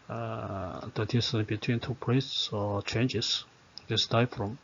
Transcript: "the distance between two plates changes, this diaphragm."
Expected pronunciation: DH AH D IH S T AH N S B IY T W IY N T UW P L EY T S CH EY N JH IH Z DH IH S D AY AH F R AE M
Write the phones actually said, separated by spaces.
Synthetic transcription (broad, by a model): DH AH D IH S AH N B IY T W IY N T UW P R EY S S CH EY N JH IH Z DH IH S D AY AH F R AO M